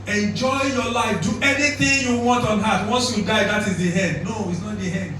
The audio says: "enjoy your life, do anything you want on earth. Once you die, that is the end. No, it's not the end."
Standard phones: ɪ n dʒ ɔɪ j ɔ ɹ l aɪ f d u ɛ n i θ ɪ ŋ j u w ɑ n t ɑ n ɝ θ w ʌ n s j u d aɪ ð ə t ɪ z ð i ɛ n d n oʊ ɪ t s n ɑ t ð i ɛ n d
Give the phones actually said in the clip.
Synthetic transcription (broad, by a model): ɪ n dʒ ɔɪ j ɔ l aɪ f d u ɛ n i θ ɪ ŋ j u w ɑ n t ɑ n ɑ t w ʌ n s j u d aɪ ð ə t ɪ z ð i ɛ n d n oʊ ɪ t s n ɑ t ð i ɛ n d